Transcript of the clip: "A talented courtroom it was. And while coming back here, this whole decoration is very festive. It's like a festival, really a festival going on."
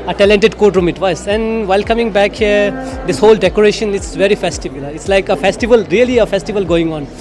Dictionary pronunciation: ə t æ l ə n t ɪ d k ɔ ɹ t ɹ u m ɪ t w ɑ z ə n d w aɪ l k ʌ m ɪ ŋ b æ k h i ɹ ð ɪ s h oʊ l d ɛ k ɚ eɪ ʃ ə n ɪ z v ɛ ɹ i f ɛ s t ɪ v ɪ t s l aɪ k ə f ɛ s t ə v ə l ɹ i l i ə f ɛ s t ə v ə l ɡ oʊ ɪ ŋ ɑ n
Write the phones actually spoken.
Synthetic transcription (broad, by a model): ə t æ l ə n t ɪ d k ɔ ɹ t ɹ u m ɪ t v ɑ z ə n d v aɪ l k ʌ m ɪ ŋ b æ k h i ɹ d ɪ s h oʊ l d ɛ k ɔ eɪ ʃ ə n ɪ s v ɛ ɹ i f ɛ s t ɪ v ɪ t s l aɪ k ə f ɛ s t ə v ə l ɹ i l i ə f ɛ s t ə v ə l ɡ oʊ ɪ ŋ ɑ n